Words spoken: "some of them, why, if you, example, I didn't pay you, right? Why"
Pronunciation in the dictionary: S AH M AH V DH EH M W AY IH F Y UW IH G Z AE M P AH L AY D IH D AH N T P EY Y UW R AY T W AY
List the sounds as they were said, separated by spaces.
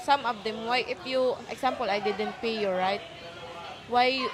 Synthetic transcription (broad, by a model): S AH M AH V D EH M W AY IH F Y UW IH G S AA M P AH L AY D IH D AH N T P EY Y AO R AY T W AY